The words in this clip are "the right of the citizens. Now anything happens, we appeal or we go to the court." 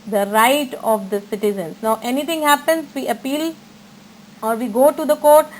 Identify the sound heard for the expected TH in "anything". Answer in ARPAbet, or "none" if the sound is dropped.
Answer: T